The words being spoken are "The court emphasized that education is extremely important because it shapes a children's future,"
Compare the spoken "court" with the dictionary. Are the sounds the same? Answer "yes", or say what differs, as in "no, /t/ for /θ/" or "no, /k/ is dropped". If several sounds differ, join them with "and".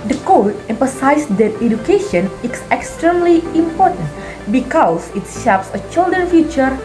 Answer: no, /l/ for /ɹ/